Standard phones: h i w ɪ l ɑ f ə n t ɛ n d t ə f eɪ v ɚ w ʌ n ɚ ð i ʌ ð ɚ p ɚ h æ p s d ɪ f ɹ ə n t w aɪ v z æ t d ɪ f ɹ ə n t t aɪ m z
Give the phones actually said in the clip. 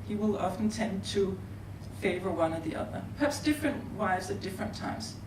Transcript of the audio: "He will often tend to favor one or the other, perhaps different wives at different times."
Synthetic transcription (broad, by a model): h i w ɪ l ɑ f ə n t ɛ n d t ə f eɪ v ɚ w ʌ n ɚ ð i ʌ ð ɚ p ɚ h æ p s d ɪ f ɹ ə n t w aɪ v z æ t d ɪ f ɹ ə n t t aɪ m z